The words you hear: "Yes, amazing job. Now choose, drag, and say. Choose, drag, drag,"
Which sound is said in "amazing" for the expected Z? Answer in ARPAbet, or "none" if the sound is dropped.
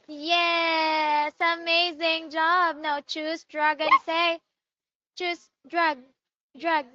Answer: Z